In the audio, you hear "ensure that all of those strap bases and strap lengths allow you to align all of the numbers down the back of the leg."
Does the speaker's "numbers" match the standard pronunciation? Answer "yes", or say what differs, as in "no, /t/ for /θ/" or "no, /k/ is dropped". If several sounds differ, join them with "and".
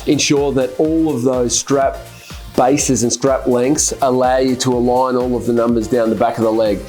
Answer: yes